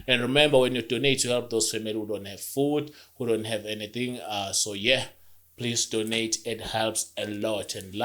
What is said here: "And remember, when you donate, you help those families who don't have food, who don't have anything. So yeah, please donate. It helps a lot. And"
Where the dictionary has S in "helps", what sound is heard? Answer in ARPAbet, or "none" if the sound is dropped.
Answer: S